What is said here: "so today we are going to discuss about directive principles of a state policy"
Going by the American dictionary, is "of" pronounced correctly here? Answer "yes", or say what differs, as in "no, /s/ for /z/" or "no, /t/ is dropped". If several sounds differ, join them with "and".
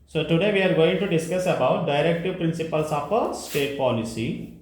no, /p/ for /v/